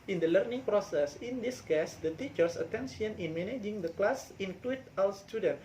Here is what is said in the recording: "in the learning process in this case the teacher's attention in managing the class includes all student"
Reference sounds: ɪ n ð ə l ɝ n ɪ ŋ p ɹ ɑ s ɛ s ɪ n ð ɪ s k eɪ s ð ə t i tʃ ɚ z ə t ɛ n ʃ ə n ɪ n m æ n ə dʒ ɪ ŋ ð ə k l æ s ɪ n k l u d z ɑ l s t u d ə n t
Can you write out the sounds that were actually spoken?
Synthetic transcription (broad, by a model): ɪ n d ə l ɝ n ɪ ŋ p ɹ ɑ s ɛ s ɪ n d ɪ s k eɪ s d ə t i tʃ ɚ s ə t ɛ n s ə n ɪ n m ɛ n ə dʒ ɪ ŋ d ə k l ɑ s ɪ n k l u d ɑ l s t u d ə n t